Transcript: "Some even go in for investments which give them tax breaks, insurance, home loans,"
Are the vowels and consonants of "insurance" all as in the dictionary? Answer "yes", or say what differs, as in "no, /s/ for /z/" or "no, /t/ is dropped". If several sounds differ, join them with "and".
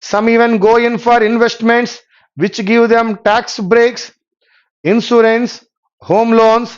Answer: no, /s/ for /ʃ/